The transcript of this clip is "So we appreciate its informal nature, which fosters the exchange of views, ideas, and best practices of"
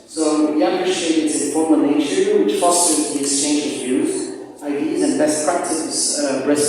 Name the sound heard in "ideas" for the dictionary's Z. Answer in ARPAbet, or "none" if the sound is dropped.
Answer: Z